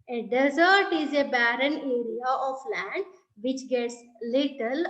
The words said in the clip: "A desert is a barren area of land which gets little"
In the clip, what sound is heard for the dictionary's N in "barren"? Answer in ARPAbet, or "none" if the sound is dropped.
N